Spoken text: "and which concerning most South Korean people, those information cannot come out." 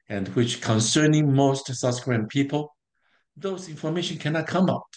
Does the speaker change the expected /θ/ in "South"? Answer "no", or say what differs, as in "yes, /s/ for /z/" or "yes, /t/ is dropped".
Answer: yes, /s/ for /θ/